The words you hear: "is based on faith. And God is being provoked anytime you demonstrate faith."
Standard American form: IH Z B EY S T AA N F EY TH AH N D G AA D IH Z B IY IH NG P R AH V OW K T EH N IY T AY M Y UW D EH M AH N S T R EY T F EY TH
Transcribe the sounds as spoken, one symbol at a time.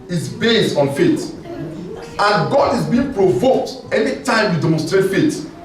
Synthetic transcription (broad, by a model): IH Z B EY S T AA N F EY T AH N G AA D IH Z B IY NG P R AH V OW K T EH N IY T AY M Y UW D EH M AH N S T R EY T F EY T